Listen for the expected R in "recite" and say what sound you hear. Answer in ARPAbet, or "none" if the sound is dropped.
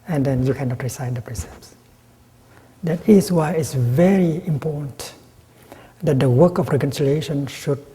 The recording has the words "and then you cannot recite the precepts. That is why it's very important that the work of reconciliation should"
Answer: R